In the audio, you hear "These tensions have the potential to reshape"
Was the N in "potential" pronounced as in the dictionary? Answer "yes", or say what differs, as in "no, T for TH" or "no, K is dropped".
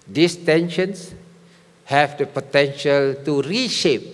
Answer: yes